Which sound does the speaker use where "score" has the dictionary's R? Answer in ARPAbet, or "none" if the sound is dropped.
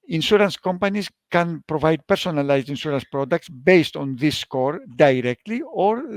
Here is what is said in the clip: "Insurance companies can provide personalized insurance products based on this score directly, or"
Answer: R